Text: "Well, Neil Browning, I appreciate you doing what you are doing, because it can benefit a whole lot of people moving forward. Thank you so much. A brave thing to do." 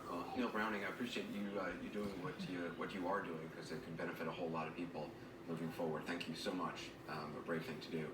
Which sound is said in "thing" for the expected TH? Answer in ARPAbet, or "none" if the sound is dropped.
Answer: TH